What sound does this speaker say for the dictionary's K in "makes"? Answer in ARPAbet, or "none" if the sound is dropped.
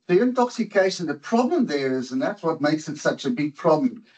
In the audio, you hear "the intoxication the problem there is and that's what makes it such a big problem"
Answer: K